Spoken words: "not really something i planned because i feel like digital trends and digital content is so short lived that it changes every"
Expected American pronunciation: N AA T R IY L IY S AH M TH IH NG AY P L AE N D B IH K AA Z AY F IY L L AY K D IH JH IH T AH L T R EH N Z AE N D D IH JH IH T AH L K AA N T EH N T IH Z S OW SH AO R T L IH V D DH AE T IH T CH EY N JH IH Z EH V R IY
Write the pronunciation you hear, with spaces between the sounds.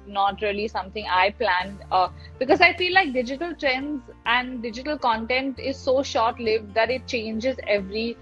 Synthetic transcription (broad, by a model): N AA T R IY L IY S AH M T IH NG AY P L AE N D B IH K AA Z AY F IY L L AY K D IH JH IH T AH L T R EH N Z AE N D D IH JH IH T AH L K AA N T EH N T IH Z S OW SH AO R T L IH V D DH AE T IH T CH EY N JH IH Z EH V R IY